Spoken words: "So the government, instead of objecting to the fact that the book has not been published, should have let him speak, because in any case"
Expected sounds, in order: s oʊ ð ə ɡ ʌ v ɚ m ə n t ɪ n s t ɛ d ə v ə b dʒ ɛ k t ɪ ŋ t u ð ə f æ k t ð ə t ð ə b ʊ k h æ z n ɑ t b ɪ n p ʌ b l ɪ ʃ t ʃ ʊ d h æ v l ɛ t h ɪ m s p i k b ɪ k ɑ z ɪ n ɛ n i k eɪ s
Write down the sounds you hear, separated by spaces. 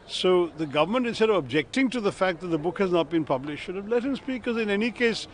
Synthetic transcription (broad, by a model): s oʊ ð ə ɡ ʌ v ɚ m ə n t ɪ n s t ɛ d ə v ə b dʒ ɛ k t ɪ ŋ t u ð ə f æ k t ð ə t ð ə b ʊ k h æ z n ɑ t b ɪ n p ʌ b l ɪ ʃ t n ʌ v l ɛ t h ɪ m s p i k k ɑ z ɪ n ɛ n i k eɪ s